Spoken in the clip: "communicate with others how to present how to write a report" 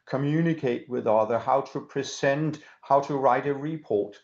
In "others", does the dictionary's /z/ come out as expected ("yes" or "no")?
no